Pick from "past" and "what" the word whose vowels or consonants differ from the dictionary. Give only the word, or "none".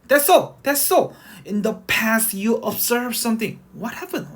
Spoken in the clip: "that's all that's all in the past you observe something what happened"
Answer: none